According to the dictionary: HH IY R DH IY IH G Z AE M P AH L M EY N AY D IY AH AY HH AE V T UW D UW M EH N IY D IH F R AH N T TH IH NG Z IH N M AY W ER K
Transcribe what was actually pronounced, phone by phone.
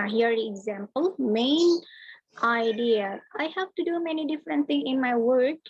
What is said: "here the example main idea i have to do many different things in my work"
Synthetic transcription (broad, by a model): HH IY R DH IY IH G Z AE M P AH L M EY N AY D IY AH AY HH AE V T UW D UW M EH N IY D IH F R AH N T T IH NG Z IH N M AY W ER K